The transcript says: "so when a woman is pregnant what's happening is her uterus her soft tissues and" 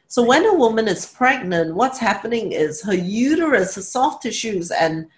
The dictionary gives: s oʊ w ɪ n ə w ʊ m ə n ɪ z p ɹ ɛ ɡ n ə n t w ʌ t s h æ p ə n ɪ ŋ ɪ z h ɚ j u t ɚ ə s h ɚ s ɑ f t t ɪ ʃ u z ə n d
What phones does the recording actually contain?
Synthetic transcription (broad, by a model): s oʊ w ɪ n ə w ʊ m ə n ɪ z p ɹ ɛ ɡ n ə n t w ʌ t s h æ p ə n ɪ ŋ ɪ z h ɚ j u t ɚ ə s h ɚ s ɑ f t t ɪ ʃ u z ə n